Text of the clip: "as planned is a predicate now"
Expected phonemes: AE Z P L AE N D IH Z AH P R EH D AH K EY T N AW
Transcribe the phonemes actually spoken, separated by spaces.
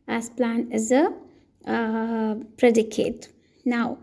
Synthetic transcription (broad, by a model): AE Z P L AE N IH Z AH P R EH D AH K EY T N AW